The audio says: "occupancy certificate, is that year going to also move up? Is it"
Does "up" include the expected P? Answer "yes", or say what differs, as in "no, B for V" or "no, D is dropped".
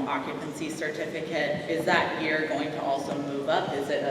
yes